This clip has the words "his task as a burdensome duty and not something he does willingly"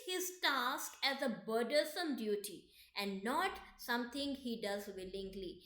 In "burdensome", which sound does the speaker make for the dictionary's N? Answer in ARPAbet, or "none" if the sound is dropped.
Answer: L